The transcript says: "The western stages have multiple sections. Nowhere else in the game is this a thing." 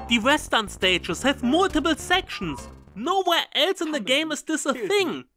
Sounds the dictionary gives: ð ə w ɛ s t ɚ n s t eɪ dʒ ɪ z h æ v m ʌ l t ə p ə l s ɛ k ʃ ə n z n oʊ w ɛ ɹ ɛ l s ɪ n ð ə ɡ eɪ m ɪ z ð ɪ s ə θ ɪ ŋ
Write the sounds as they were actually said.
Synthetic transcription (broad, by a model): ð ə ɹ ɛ s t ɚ n s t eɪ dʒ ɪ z h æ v m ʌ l t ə b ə l s ɛ k ʃ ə n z n oʊ w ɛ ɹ ɛ l s ɪ n ð ə ɡ eɪ m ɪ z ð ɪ s ə θ ɪ ŋ